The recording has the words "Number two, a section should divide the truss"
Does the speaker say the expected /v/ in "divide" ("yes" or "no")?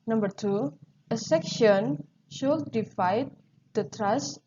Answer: no